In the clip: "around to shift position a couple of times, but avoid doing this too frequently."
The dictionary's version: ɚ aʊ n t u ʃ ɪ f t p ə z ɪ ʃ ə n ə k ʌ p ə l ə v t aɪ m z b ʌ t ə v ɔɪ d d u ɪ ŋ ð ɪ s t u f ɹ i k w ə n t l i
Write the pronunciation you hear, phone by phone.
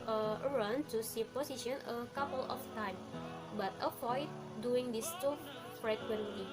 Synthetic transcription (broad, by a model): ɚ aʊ n t u s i p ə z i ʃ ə n ə k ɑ p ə l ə f t aɪ m b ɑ t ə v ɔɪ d d u ɪ ŋ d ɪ s t u f ɹ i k w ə n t l i